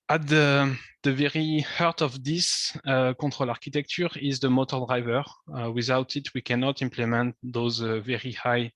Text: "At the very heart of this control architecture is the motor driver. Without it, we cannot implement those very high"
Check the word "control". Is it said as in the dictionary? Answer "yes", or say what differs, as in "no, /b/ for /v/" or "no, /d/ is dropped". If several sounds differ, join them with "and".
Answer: no, /n/ is dropped